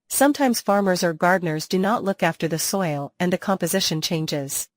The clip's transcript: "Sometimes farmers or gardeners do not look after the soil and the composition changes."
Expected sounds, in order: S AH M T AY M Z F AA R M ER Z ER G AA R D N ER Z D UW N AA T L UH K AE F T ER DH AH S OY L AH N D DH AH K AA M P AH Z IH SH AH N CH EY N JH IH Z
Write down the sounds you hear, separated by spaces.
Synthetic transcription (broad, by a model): S AH M T AY M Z F AA R M ER Z ER G AA R D N ER Z D UW N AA T L UH K AE F T ER DH AH S OY L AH N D DH AH K AA M P AH Z IH SH AH N CH EY N JH IH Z